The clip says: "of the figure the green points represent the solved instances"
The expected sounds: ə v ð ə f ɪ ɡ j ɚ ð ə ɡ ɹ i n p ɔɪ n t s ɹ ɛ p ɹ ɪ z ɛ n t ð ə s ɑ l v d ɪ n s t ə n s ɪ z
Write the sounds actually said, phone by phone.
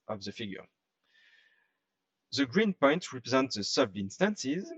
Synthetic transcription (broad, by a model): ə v ð ə f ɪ ɡ j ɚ ð ə ɡ ɹ i n p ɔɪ n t ɹ ɛ p ɹ ɪ z ɛ n t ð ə s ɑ v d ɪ n s t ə n s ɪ z